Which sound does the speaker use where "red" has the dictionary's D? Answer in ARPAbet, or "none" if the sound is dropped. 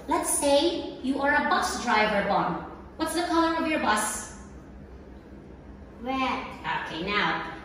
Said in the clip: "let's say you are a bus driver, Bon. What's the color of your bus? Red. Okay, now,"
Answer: none